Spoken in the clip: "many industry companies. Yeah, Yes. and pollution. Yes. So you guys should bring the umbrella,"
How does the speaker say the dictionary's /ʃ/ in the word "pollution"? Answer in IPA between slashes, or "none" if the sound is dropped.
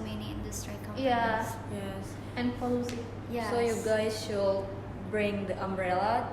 /s/